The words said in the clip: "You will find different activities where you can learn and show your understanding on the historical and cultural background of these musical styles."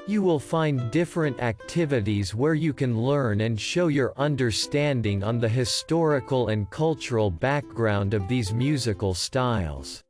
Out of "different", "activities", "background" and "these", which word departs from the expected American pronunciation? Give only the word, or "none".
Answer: none